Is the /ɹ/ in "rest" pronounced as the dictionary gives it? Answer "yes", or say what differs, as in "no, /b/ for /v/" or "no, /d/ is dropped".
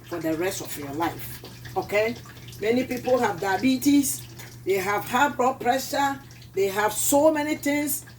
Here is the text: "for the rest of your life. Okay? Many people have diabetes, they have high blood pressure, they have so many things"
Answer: yes